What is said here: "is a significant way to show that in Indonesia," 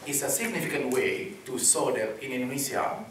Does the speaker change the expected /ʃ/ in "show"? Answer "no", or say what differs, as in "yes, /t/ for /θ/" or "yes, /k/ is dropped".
yes, /s/ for /ʃ/